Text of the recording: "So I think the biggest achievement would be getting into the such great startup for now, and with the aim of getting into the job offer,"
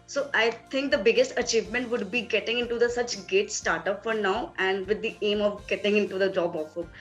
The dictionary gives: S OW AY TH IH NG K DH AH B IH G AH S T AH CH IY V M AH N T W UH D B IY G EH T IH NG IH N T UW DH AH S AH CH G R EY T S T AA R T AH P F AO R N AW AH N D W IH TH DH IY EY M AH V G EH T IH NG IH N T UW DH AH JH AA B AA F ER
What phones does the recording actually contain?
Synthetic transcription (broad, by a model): S OW AY T IH NG K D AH B IH G AH S T AH CH IY V M AH N T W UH D B IY G EH T IH NG IH N T UW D AH S AH CH G EY T S T AA R T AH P F AO R N AW AH N D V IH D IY EY M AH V G EH T IH NG IH N T UW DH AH JH AA B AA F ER